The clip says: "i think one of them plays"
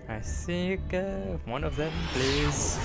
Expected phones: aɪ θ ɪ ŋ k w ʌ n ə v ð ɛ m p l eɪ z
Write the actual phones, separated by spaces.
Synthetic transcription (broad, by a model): aɪ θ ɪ k w ʌ n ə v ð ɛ m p l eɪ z